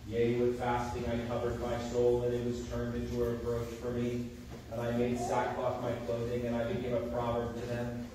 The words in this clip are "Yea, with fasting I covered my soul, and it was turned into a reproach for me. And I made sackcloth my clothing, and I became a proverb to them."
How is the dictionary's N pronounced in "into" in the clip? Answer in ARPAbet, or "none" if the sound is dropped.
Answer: N